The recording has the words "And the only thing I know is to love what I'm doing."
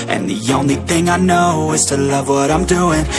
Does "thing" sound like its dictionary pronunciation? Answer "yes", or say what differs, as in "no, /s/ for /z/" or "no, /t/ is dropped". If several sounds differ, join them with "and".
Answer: yes